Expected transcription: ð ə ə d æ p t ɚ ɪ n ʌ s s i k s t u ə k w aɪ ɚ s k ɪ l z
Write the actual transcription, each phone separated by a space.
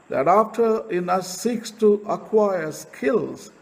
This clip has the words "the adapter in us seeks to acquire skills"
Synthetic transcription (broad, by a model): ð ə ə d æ f t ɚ ɪ n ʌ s s i k s t u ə k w aɪ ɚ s k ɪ l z